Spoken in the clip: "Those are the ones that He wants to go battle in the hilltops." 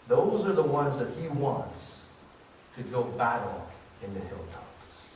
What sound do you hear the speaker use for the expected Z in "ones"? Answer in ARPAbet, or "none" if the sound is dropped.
Z